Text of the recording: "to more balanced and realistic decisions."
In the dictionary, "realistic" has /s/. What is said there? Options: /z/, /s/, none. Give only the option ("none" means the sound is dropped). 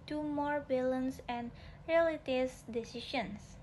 none